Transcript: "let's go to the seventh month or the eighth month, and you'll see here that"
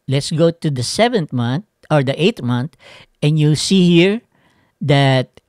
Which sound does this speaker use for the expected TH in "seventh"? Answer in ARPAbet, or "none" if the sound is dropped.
T